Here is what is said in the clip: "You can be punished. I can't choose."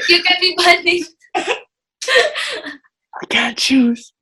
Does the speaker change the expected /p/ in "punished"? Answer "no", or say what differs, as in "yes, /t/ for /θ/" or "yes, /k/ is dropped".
yes, /b/ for /p/